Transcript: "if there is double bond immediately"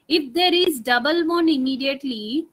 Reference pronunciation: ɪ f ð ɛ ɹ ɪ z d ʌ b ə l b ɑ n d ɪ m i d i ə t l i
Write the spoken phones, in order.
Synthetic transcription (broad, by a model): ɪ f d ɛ ɹ ɪ z d ʌ b ə l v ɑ n ɪ m i d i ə t l i